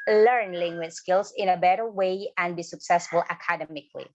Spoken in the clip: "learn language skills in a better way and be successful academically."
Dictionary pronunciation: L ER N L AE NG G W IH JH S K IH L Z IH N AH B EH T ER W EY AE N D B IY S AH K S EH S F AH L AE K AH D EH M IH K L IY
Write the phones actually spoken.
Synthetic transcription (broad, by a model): L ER N L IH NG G W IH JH S K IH L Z IH N AH B EH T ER W EY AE N B IY S AH K S EH S F AH L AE K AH D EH M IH K L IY